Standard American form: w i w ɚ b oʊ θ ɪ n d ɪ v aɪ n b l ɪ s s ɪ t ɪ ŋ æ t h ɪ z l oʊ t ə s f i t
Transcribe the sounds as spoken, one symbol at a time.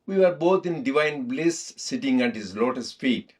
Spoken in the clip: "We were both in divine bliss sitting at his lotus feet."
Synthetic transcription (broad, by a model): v i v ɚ b oʊ t ɪ n d ɪ v aɪ n b l ɪ s s ɪ t ɪ ŋ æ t h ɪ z l oʊ t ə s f i t